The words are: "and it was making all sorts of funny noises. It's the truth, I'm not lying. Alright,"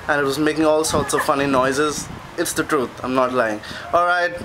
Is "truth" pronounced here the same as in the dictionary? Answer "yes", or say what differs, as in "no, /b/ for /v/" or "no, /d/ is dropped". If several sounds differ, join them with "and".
no, /t/ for /θ/